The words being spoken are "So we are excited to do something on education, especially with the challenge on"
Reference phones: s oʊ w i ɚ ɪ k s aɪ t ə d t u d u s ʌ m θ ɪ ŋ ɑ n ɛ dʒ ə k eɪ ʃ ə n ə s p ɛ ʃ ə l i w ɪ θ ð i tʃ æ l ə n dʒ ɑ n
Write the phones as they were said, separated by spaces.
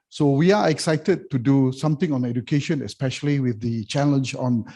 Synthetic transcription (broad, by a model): s oʊ w i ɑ ɪ k s aɪ t ə d t u d u s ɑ m t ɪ ŋ ɑ n ɛ dʒ ə k eɪ ʃ ə n ə s p ɛ ʃ ə l i w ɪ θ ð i tʃ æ l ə n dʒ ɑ n